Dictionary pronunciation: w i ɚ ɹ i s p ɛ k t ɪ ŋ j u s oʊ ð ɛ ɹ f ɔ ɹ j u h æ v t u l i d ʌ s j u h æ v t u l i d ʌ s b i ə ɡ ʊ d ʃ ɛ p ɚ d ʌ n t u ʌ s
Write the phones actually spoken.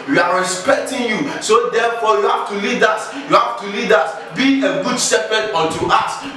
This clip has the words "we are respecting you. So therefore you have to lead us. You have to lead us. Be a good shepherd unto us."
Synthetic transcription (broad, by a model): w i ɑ ɹ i s p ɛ k t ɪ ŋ j u s oʊ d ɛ f ɔ j u h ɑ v t u l i d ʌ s j u h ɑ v t u l i d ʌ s b i ə ɡ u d s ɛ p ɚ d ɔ t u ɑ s